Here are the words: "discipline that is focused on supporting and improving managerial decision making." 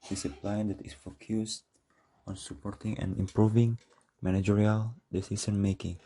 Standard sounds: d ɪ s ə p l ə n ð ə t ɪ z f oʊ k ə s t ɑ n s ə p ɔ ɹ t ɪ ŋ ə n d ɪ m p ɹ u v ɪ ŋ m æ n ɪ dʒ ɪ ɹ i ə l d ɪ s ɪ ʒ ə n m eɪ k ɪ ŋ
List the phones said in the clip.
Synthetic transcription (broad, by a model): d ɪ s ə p l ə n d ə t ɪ s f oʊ k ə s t ɑ n s ə p ɔ ɹ t ɪ ŋ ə n ɪ m p ɹ u v ɪ ŋ m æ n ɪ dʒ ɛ ɹ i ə l d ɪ s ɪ s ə n m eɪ k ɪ ŋ